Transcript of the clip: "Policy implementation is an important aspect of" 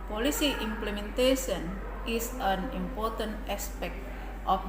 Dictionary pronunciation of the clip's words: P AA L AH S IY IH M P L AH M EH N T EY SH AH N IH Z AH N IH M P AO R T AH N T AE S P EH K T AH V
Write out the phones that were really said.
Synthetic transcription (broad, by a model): P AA L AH S IY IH M P L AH M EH N T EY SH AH N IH S AH N IH M P AO R T AH N T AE S P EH K T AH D